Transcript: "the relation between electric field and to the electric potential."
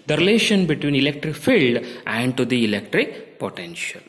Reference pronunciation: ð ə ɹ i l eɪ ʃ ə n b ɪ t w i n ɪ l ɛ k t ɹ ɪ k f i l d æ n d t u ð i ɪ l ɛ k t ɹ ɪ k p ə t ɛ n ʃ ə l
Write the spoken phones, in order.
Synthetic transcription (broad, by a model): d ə ɹ i l eɪ ʃ ə n b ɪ t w i n ɪ l ɛ k t ɹ ɪ k f i l d æ n d t u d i ɪ l ɛ k t ɹ ɪ k p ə t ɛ n ʃ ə l